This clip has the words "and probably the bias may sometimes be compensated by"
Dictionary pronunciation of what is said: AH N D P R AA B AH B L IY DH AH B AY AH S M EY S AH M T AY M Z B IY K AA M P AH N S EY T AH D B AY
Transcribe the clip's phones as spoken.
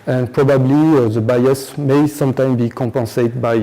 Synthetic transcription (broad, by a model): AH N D P R AA B AH B L IY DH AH B AY AH S M EY S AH M T AY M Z B IY K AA P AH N S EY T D B AY